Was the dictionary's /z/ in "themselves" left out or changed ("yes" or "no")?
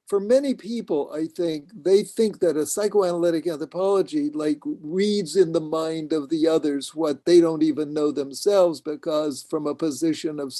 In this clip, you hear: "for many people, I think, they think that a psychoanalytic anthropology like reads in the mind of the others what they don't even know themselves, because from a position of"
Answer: no